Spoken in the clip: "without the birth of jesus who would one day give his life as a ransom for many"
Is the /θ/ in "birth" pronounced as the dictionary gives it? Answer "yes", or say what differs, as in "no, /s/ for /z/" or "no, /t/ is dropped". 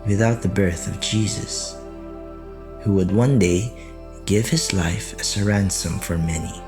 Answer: yes